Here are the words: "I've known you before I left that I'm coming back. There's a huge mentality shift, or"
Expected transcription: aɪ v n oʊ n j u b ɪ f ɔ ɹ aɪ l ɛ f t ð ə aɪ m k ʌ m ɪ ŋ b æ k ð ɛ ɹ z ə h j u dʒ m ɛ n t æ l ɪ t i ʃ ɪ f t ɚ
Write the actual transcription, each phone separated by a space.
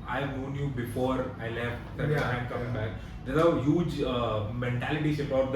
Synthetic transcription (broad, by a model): aɪ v n oʊ n j u b ɪ f ɔ ɹ aɪ l ɛ f t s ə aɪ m k ʌ m ɪ ŋ b æ k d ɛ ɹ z ə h j u dʒ m ɛ n t æ l ɪ t i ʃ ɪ p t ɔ